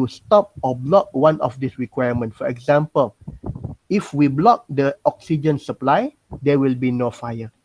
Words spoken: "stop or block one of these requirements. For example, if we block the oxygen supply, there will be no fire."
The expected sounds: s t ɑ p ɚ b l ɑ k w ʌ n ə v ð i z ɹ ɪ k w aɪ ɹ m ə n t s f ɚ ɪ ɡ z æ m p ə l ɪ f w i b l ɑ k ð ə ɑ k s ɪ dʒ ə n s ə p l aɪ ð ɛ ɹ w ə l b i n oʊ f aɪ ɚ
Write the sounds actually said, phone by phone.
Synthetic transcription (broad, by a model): s t ɑ p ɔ b l ɑ k w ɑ n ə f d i s ɹ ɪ k w aɪ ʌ m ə n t f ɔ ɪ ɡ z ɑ m p ə l ɪ f w i b l ɑ k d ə ɑ k s ɪ dʒ ə n s ə p l aɪ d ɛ w ə l b i n oʊ f aɪ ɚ